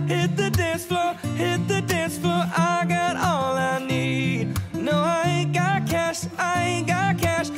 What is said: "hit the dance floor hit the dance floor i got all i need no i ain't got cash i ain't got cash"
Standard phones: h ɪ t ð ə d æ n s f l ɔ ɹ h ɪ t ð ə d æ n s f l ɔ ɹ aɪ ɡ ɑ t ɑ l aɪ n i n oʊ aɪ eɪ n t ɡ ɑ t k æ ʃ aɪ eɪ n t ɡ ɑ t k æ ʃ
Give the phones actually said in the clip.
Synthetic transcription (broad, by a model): h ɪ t ð ə d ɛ s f l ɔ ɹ h ɪ t ð ə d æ s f l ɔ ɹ aɪ ɡ ɑ t ɑ l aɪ n i n oʊ aɪ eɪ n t ɡ ɑ t k æ ʃ aɪ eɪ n ɡ ɑ t k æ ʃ